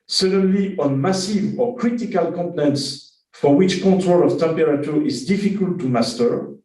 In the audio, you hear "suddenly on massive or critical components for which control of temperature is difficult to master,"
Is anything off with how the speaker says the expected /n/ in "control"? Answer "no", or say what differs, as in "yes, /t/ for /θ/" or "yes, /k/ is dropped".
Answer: yes, /n/ is dropped